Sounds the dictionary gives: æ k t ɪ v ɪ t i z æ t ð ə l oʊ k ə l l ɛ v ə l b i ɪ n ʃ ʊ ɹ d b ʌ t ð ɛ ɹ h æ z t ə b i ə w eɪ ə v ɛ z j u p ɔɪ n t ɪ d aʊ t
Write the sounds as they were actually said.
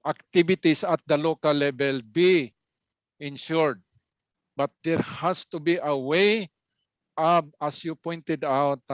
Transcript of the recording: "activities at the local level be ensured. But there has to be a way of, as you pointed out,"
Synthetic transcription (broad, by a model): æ k t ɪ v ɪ t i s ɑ t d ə l oʊ k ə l l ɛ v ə l b i ɪ n ʃ ʊ ɹ d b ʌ t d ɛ ɹ h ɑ s t ə b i ə w eɪ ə b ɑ s j u p ɔɪ n t ɪ d aʊ t